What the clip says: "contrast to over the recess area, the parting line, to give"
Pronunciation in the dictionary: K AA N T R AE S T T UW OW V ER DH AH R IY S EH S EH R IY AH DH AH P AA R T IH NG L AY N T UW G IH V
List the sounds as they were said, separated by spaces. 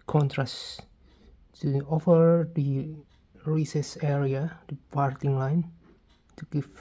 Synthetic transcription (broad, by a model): K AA N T R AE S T T UW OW F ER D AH R IY S EH S EH R IY AH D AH P AA R T IH NG L AY N T UW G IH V